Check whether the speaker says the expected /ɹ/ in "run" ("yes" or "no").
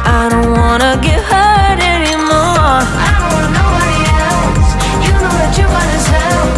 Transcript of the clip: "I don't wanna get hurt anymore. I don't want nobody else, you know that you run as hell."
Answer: no